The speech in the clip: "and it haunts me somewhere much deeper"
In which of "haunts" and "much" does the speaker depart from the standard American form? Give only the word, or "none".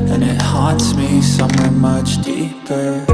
haunts